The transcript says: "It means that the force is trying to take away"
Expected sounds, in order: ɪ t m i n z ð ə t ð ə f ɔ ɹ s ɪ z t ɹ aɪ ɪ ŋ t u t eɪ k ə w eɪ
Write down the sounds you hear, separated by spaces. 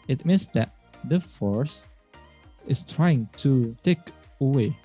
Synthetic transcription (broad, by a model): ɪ t m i n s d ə t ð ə f ɔ ɹ s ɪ s t ɹ aɪ ɪ ŋ t u t eɪ k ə w eɪ